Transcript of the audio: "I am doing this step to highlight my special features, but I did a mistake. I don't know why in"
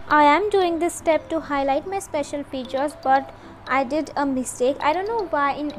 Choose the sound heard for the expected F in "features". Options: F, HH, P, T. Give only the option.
P